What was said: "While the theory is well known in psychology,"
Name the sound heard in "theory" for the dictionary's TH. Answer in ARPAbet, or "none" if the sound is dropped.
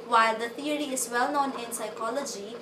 T